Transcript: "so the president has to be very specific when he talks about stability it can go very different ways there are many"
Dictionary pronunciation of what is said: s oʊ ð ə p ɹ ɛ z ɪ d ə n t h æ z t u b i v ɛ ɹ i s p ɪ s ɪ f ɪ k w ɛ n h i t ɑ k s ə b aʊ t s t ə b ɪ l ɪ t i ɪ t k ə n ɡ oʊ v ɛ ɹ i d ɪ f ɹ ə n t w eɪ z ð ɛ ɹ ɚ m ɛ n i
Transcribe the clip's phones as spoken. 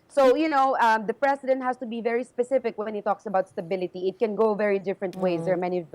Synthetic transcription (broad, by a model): s oʊ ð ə p ɹ ɛ s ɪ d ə n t h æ s t u b i v ɛ ɹ i s p ɪ s ɪ f ɪ k w ɛ n h i t ɑ k s ə b aʊ t s t ə b ɪ l ɪ t i ɪ t k ə n ɡ oʊ v ɛ ɹ i d ɪ f ɹ ə n t w eɪ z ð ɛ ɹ m ɛ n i